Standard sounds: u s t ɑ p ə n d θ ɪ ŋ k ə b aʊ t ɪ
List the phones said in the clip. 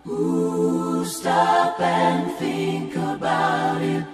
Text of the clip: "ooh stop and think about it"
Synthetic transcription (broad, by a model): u s t ɑ p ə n θ ɪ ŋ k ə b aʊ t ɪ